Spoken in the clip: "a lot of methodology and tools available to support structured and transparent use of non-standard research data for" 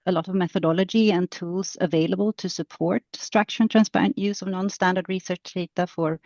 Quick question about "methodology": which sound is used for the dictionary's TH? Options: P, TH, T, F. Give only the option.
TH